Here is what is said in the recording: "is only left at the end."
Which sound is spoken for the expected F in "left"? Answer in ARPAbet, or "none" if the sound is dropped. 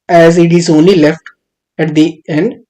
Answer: F